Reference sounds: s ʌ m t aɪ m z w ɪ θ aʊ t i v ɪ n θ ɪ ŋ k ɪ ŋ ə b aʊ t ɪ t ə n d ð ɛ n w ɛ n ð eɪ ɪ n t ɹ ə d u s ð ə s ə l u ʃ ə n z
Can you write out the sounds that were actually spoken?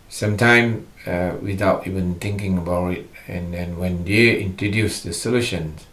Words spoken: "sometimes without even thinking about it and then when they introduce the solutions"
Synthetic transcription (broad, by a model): s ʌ m t aɪ m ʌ w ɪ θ aʊ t i v ɪ n t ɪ ŋ k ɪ ŋ ə b aʊ t ɪ t ə n d ɛ n w ɛ n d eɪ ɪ n t ɹ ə d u s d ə s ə l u ʃ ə n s